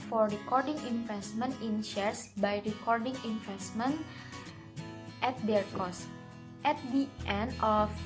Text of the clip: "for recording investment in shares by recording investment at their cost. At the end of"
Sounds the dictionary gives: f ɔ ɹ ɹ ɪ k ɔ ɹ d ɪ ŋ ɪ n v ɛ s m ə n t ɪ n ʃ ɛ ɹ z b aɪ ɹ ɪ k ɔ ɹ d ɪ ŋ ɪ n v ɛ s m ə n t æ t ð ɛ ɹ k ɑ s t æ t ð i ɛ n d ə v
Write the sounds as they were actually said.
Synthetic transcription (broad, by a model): f ɔ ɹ ɹ ɪ k ɔ ɹ d ɪ ŋ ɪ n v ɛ s m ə n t ɪ n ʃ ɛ ɹ s b aɪ ɹ ɪ k ɔ ɹ d ɪ ŋ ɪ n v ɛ s m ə n t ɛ t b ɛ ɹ k ɑ s t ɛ t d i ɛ n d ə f